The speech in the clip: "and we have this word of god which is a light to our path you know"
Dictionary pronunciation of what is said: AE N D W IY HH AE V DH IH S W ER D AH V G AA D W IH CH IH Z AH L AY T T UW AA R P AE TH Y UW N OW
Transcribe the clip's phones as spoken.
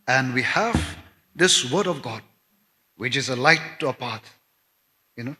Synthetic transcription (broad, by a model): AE N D W IY HH AE V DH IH S W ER D AH V G AA D W IH CH IH Z AH L AY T T UW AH P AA T Y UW N OW